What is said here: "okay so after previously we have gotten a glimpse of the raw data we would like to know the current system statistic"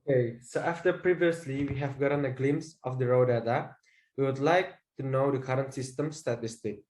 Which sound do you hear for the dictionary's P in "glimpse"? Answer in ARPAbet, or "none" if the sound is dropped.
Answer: none